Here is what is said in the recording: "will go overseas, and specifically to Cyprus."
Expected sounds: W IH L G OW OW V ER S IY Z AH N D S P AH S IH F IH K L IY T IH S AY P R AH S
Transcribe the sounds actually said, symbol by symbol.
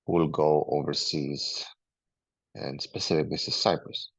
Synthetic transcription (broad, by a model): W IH L G OW OW V ER S IY Z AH N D S P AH S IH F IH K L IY S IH S AY P R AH S